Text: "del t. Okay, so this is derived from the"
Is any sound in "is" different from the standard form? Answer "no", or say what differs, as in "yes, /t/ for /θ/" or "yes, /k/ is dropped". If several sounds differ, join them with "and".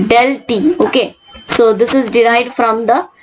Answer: no